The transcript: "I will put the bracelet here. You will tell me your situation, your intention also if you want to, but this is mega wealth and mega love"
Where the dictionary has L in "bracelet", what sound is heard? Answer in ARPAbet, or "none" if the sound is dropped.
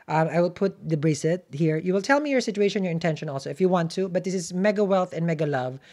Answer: none